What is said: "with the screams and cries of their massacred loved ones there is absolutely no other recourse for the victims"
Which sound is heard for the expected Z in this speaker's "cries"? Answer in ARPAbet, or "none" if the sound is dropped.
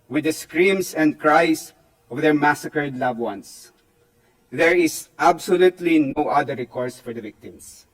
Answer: S